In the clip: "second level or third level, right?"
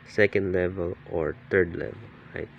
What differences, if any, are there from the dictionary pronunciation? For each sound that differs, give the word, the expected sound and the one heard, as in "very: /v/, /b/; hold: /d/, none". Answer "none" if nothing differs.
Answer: third: /θ/, /t/